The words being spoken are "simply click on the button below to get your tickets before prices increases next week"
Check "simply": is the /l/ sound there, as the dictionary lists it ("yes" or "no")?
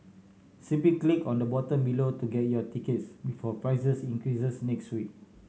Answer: no